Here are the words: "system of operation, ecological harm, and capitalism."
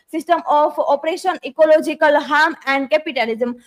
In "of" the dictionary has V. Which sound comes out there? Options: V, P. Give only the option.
P